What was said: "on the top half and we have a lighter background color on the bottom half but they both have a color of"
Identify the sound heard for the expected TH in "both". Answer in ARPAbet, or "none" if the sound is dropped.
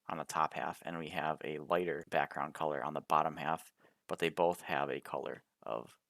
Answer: TH